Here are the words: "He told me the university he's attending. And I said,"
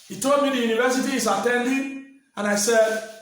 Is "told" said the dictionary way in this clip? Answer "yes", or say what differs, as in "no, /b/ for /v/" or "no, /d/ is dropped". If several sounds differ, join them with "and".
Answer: yes